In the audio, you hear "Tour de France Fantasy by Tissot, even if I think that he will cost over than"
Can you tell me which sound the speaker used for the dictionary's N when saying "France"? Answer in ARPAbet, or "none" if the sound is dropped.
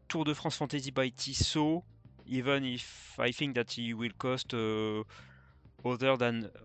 none